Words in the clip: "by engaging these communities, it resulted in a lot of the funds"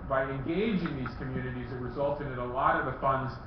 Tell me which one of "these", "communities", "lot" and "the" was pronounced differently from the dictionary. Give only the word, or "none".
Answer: none